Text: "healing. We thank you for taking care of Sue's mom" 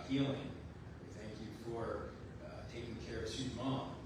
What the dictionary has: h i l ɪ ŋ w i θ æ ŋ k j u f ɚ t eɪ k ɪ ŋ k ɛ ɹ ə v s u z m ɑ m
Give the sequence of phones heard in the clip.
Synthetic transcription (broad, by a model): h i l ɪ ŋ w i θ æ ŋ k j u f ɚ t eɪ k ɪ ŋ k ɛ ɹ ə v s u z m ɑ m